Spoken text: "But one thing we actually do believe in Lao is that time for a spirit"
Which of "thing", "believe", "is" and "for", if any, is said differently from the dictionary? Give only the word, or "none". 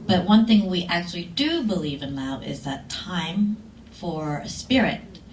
none